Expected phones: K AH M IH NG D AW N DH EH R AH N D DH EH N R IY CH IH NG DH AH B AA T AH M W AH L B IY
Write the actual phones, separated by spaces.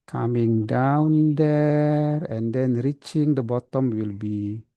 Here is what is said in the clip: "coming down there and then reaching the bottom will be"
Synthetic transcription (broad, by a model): K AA M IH NG D AW N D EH R AH N D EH N R IY CH IH NG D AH B AA T AH M W AH L B IY